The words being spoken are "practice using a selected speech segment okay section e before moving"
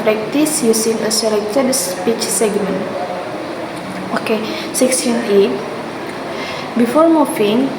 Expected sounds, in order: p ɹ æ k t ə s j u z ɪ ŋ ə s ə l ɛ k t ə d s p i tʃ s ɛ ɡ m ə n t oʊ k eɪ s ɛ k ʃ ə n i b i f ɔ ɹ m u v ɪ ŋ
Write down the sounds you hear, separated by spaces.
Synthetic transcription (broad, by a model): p ɹ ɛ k t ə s j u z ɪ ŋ ə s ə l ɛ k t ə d s p i tʃ s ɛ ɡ m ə n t oʊ k eɪ s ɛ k s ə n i b i f ɔ ɹ m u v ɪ ŋ